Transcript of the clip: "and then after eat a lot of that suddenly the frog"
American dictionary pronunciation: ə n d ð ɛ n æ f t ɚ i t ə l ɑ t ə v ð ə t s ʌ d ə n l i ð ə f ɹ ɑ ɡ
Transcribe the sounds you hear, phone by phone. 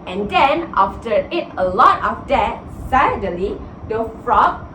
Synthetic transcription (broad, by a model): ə n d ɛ n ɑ f t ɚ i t ə l ɑ t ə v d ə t s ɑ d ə l i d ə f ɹ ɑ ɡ